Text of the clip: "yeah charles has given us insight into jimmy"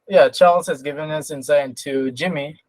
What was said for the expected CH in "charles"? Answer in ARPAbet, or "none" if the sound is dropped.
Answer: CH